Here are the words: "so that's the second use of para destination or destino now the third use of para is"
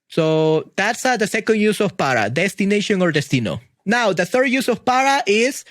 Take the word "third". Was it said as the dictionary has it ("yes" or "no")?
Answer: yes